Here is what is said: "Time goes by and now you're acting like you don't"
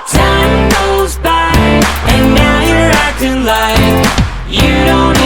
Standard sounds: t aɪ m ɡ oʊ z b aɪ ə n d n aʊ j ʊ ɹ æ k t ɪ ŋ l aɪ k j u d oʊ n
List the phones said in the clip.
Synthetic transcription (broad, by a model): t aɪ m ɡ oʊ z b aɪ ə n n aʊ j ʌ ɹ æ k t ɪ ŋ l aɪ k j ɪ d oʊ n